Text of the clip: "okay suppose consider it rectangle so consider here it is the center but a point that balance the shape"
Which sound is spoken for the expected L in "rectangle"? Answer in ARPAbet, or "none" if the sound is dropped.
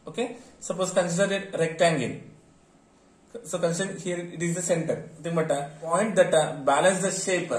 N